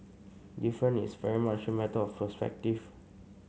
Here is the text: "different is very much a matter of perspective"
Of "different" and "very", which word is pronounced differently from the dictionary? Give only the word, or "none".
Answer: different